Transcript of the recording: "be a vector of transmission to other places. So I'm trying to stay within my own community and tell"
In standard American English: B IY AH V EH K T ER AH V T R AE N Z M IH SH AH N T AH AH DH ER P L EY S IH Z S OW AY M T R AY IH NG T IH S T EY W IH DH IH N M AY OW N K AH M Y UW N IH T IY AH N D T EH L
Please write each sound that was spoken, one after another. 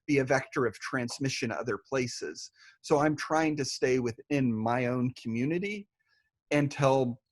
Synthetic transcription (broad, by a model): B IY AH V EH K T ER AH V T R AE N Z M IH SH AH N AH AH DH ER P L EY S IH Z S OW AY M T R AY IH NG T IH S T EY W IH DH IH N M AY OW N K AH M Y UW N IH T IY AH N T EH L